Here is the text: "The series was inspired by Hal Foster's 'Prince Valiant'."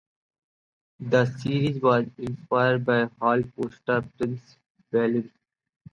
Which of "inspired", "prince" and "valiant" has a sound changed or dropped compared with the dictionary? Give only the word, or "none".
valiant